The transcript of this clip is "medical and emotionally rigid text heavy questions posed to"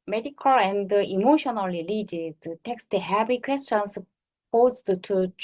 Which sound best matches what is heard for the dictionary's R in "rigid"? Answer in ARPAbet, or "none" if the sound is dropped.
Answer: L